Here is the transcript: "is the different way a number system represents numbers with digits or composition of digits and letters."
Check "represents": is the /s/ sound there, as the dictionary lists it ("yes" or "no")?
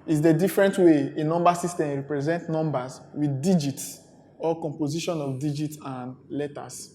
no